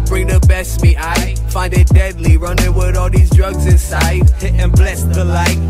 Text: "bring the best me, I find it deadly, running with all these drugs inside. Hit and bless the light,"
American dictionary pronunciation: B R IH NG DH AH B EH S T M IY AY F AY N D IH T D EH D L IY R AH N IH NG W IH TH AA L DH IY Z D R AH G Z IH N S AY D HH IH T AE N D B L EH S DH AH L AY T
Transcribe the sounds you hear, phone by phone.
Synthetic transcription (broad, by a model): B R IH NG DH AH B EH S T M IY AY F AY N D IH T D EH D L IY R AH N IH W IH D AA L DH IY Z D R AH G Z IH N S AY D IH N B L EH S DH AH L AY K